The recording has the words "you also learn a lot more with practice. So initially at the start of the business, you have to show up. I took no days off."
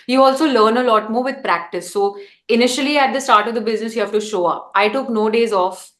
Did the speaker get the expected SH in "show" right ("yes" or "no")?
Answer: yes